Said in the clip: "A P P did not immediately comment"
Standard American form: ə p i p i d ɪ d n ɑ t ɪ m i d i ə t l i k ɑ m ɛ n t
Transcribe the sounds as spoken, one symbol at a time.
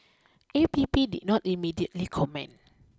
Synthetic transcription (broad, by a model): ə p i p i d ɪ d n ɑ t ɪ m i d i ə t l i k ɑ m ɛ n